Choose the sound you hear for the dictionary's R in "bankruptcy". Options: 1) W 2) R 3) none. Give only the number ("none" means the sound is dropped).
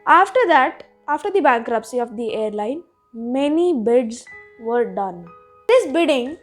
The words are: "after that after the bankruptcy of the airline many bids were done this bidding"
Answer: 2